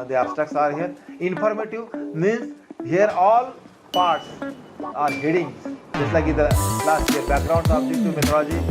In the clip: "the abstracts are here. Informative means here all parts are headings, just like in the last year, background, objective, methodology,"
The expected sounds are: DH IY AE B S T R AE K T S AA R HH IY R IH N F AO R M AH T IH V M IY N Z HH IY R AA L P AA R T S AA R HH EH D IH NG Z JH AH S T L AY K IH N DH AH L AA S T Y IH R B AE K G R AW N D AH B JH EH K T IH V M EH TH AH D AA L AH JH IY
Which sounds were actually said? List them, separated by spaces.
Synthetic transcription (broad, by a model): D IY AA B S T AE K S AA R HH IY R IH N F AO R M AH T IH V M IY N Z HH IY R AA L P AA R T S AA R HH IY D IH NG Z JH AH S T L AY K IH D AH L AA S T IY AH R B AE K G R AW N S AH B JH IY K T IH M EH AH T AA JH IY